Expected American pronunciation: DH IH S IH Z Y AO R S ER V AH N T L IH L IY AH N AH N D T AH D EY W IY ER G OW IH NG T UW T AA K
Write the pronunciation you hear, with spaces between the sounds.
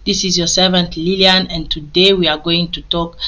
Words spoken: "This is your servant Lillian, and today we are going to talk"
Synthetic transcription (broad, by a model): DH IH S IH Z Y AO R S ER V AH N T L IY L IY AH N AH N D T AH D EY W IY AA G OW IH NG T UW T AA K